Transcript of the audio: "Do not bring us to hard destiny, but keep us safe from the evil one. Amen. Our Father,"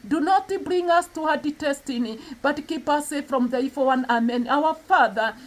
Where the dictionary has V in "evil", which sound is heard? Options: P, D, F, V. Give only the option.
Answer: F